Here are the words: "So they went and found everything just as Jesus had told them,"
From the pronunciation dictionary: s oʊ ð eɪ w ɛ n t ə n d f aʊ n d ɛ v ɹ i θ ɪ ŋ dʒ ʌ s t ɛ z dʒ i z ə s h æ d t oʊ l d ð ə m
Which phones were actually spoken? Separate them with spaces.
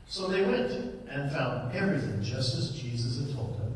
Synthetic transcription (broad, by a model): s oʊ ð eɪ w ɛ n t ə n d f aʊ n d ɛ ɹ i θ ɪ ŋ dʒ ʌ s t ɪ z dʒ i z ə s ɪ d t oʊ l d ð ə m